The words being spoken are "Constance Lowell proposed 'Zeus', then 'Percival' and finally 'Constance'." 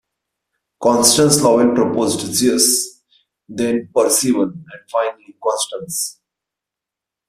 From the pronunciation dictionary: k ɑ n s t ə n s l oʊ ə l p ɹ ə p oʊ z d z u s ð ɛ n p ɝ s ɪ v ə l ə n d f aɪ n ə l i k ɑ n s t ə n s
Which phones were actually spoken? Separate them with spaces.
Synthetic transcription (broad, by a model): k ɑ n s t ə n s l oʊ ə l p ɹ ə p oʊ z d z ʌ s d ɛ n p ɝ s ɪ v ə n ə n d f aɪ n ə l i k ɑ n s t ə n s